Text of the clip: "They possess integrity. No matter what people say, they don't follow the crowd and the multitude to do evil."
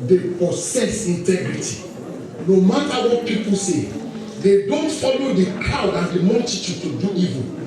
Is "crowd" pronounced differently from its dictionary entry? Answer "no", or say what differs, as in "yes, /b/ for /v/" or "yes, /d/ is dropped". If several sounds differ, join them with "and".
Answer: yes, /ɹ/ is dropped